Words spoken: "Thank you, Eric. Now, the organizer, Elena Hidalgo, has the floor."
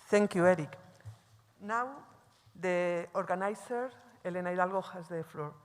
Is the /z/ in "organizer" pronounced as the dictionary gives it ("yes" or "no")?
no